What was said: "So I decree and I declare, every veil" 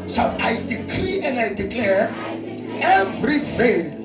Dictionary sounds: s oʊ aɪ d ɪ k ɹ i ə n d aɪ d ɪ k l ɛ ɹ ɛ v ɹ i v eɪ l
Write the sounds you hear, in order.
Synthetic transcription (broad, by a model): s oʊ aɪ d ɪ k ɹ i ə n d aɪ d ɪ k l ɛ ɹ ɛ v ɹ i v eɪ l